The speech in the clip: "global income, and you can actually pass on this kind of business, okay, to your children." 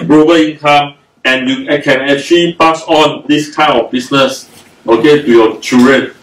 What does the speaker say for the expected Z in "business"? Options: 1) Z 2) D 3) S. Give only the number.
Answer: 3